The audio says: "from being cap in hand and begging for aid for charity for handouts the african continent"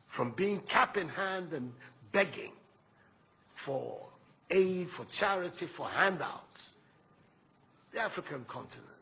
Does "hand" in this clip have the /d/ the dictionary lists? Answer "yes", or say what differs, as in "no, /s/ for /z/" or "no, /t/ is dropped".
yes